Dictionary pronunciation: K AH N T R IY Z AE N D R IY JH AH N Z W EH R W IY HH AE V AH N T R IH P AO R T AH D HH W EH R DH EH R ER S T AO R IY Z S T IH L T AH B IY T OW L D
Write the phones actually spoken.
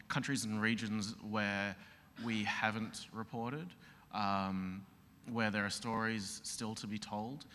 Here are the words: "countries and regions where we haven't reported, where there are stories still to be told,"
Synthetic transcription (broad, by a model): K AH N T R IY Z N R IY JH AH N Z W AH R W IY HH AE V AH N T R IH P AO R T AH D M W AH R DH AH R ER S T AO R IY Z S T IH L T AH B IY T OW L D